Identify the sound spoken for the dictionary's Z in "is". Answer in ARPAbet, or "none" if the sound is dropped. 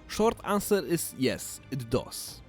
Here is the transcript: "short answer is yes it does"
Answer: S